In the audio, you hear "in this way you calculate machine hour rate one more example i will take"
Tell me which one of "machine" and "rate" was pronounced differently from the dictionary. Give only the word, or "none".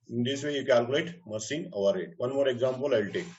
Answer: machine